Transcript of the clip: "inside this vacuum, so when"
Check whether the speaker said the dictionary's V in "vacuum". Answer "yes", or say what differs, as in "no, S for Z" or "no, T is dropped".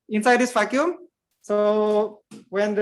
no, F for V